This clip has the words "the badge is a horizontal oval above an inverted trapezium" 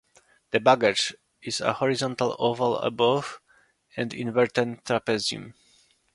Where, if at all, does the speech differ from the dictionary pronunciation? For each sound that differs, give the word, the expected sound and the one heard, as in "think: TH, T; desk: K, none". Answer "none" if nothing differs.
none